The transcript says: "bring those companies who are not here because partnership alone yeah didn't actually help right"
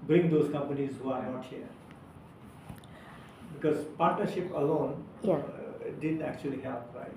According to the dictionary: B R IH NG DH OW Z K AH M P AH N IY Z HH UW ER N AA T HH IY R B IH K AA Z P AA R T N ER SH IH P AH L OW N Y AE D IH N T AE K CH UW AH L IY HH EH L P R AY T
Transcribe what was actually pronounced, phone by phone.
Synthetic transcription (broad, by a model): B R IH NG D OW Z K AH M P AH N IY Z HH UW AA N AA T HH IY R B IH K AA Z P AA R T N ER SH IH P AH L OW N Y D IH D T AE K CH UW AH L IY HH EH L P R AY